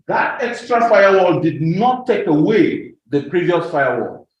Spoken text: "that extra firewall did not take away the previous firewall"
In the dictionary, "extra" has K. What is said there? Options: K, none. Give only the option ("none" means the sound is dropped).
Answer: K